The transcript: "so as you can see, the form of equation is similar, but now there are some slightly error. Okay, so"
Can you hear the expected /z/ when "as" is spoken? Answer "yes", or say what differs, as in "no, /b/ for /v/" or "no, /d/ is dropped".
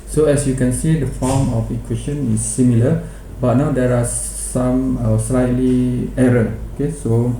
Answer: no, /s/ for /z/